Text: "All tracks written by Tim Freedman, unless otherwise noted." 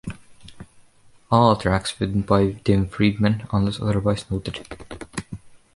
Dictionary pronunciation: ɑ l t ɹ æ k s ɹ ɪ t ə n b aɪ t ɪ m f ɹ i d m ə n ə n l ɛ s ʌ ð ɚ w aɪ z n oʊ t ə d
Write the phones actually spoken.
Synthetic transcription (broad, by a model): ɑ l t ɹ æ k s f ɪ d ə n b aɪ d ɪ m f ɹ i d m ə n ə n l ɛ s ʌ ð ɚ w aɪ s n oʊ t ə d